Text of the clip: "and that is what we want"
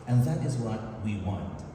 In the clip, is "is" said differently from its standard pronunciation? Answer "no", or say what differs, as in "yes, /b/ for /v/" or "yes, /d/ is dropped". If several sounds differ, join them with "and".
no